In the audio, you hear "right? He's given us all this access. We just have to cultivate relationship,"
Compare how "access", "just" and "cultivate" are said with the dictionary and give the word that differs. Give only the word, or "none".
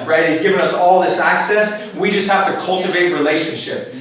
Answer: none